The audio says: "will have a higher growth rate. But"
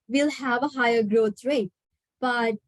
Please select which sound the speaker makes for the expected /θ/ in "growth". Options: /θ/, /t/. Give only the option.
/t/